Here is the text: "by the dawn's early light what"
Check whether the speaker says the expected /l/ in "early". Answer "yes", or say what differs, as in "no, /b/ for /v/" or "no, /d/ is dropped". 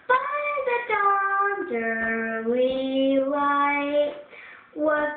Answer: no, /w/ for /l/